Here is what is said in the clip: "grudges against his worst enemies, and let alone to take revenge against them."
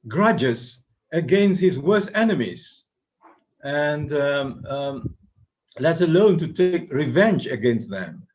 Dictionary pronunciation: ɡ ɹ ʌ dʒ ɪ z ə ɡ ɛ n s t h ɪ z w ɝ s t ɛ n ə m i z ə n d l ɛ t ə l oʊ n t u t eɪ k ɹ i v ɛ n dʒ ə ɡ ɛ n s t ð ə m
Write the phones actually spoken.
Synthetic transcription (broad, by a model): ɡ ɹ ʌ dʒ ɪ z ə ɡ ɛ n s t h ɪ z w ɝ s t ɛ n ə m i z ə n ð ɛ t ə l oʊ n t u t eɪ k ɹ i v ɛ n dʒ ə ɡ ɛ n s t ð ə m